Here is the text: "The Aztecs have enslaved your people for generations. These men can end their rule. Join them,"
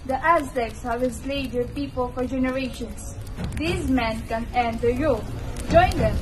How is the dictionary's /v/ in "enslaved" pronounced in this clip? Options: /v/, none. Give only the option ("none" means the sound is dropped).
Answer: none